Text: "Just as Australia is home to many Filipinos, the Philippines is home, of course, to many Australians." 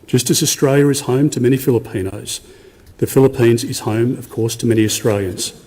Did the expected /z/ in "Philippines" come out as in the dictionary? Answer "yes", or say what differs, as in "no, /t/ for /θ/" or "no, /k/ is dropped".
yes